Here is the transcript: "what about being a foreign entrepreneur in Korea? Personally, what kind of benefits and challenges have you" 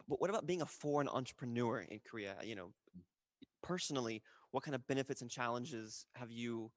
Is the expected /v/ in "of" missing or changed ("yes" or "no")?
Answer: no